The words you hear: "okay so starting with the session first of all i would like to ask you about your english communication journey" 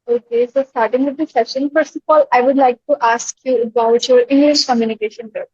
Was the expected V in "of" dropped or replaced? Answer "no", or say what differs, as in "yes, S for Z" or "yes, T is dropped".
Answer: yes, P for V